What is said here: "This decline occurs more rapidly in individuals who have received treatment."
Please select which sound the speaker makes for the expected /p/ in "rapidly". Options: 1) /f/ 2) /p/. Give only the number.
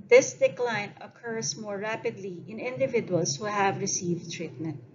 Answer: 2